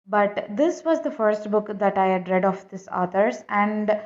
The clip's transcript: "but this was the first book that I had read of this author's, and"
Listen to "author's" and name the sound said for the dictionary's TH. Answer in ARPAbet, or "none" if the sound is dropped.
T